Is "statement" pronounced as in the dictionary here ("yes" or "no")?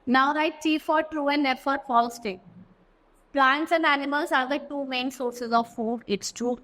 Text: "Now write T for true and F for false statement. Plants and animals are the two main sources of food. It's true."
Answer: no